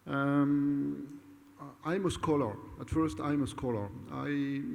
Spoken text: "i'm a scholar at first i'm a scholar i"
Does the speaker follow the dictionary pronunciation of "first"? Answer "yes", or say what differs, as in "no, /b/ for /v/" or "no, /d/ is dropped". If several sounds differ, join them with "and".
yes